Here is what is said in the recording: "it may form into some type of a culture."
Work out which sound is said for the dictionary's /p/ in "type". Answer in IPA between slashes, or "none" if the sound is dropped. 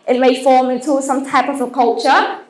/p/